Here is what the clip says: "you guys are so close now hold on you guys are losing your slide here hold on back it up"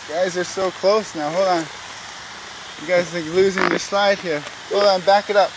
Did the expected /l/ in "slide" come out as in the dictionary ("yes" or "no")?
yes